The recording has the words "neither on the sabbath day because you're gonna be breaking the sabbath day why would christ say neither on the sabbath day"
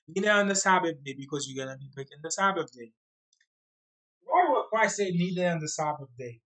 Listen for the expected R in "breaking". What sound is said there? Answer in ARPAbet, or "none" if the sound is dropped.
none